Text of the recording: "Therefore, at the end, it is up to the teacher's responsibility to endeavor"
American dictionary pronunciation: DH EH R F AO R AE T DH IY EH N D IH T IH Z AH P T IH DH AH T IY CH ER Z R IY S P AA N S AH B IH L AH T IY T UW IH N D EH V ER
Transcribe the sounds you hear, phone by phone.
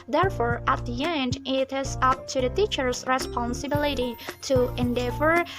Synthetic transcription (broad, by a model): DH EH R F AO R AE T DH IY EH N D IH T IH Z AH P T IH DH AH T IY CH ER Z R IY S P AA N S AH B IH L AH T IY T UW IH N D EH V ER